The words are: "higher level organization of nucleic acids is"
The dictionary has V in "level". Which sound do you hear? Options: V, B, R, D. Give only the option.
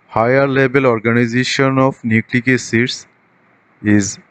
B